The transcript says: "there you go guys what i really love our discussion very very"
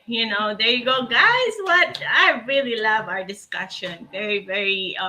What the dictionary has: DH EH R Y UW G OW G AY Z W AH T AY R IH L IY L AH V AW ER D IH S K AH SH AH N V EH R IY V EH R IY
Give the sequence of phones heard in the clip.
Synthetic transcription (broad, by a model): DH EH R Y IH G OW G AY Z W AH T AY R IH L IY L AH V AW ER D IH S K AH SH AH N V EH R IY V EH R IY